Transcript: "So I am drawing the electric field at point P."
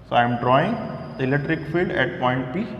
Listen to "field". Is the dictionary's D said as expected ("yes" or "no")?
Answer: yes